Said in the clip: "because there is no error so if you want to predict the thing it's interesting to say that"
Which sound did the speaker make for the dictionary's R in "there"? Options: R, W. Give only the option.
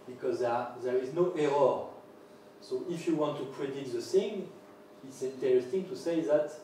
R